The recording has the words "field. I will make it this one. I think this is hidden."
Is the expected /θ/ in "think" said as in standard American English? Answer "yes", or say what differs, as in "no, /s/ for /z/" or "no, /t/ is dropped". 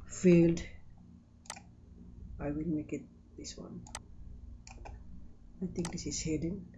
no, /t/ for /θ/